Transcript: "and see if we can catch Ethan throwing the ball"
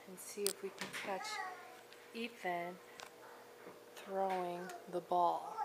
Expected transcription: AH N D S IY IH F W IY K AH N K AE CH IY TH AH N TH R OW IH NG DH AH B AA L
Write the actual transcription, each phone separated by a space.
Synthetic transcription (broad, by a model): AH N S IY IH F W IY K AH N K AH CH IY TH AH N TH R OW IH NG DH AH B AA L